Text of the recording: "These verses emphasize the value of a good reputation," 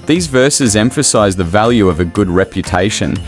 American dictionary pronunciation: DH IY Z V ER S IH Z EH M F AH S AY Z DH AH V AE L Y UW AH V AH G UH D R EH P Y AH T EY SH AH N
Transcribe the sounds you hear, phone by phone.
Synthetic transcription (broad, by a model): DH IY Z V ER S IH Z EH M F AH S AY Z DH AH V AE L Y UW AH V AH G UH D R EH P Y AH T EY SH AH N